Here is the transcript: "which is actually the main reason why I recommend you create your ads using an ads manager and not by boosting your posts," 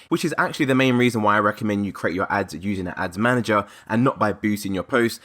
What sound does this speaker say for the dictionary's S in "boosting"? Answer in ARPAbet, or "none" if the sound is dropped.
none